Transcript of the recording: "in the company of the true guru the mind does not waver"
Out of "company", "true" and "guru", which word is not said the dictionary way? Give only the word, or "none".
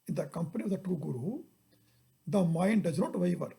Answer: true